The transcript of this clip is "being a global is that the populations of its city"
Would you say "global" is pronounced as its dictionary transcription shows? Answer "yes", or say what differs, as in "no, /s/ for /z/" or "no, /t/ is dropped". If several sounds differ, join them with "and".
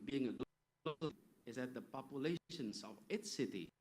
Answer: no, /b/ is dropped